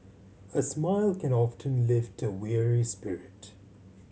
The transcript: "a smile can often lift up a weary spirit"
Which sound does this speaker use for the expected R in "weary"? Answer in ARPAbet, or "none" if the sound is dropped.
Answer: R